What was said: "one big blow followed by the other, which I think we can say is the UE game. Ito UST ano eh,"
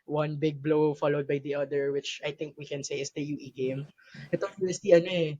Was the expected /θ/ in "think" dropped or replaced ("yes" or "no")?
yes